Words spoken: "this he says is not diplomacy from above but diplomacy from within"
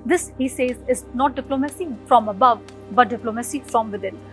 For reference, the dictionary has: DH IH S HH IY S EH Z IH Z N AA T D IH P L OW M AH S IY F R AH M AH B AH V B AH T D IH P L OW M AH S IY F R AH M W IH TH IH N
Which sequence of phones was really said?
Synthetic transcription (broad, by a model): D IH S HH IY S EH Z IH Z N AA T D IH P L OW M AH S IY F R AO M AH B AH V B AH T D IH P L OW M AH S IY F R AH M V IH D IH N